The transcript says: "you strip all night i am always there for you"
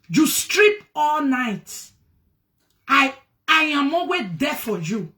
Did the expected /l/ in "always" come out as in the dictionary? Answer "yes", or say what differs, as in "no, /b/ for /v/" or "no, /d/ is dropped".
no, /l/ is dropped